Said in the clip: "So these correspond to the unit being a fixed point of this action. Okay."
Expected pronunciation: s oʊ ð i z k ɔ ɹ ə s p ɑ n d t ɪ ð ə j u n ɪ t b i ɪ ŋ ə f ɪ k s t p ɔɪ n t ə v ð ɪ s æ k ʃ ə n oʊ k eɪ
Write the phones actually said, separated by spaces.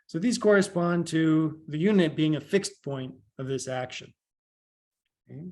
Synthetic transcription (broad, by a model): s oʊ ð i z k ɔ ɹ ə s p ɑ n t ɪ ð ə j u n ɪ t b i ɪ ŋ ə f ɪ k s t p ɔɪ n t ə v ð ɪ s æ k ʃ ə n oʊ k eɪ